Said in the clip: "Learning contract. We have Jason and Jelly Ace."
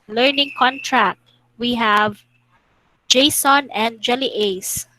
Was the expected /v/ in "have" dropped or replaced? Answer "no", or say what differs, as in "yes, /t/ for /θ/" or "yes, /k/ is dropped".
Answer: no